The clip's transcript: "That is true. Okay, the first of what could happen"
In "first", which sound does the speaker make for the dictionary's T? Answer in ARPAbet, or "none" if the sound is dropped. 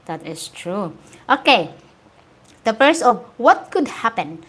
none